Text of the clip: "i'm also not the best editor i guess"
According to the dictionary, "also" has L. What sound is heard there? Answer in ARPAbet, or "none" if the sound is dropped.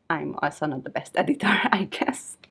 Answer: none